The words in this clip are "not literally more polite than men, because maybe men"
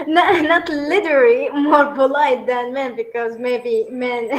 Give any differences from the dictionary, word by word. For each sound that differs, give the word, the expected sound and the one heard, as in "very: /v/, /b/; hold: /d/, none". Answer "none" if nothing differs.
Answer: polite: /p/, /b/